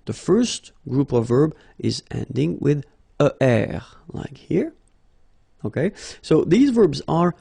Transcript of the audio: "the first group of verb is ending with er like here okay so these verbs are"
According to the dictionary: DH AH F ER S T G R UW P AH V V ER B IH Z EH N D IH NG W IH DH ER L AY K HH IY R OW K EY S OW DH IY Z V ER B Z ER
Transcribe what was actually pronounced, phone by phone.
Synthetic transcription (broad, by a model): DH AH F ER S T G R UW P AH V V ER B IH Z EH N D IH NG W IH DH ER L AY K HH IY R OW K EY S OW DH IY Z V ER B Z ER